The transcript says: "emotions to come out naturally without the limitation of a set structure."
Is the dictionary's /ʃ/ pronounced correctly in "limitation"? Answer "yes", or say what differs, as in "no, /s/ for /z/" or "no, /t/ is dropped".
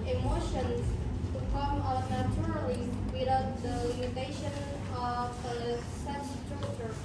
yes